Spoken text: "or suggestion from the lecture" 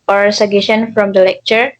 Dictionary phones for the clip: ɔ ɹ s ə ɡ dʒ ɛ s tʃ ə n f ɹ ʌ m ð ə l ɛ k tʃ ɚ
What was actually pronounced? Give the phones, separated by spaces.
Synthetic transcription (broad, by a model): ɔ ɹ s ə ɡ ɛ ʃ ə n f ɹ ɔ m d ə l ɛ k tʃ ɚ